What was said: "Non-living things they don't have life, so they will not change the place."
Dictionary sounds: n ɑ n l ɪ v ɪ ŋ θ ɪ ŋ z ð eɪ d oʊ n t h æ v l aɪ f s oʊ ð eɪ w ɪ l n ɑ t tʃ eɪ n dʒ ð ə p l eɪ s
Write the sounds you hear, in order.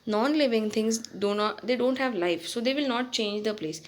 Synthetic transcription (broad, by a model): n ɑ n l ɪ v ɪ ŋ t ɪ ŋ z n eɪ d oʊ n t h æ v l aɪ f s oʊ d eɪ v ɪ l n ɑ t tʃ eɪ n dʒ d ə p l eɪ s